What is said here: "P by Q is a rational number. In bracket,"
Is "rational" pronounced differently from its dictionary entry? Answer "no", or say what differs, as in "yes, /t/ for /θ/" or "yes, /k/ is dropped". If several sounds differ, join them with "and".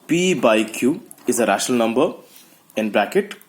yes, /n/ is dropped